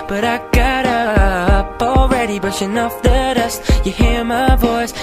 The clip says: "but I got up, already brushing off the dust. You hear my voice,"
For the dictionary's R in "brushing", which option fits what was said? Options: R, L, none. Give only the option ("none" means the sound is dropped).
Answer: none